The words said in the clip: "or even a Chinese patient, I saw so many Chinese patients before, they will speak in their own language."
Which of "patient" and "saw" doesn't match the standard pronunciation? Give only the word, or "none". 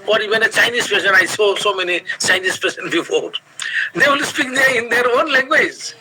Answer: patient